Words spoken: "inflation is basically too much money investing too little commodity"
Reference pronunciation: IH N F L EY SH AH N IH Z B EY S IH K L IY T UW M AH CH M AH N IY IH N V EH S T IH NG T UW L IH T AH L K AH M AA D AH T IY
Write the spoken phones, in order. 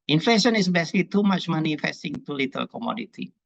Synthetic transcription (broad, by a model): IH N F L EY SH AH N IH S B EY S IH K L IY T UW M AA CH M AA N IY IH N F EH S T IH NG T UW L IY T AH L K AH M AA D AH T IY